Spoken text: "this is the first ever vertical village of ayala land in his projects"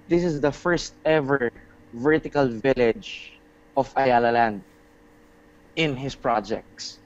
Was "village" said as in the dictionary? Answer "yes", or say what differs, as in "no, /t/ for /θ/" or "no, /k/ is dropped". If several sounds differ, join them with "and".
yes